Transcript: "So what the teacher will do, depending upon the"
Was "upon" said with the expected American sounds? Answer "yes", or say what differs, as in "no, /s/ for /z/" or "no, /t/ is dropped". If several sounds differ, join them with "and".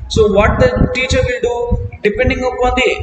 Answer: no, /p/ is dropped